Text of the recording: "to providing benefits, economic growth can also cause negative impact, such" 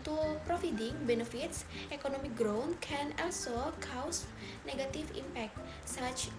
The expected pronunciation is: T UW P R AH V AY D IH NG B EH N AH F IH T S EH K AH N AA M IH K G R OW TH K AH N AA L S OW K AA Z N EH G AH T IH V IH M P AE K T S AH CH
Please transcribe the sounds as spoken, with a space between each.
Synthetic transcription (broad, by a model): T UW P R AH F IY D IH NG B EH N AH F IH T S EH K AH N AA M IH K G R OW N K AH N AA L S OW K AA S N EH G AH T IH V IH M P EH K T S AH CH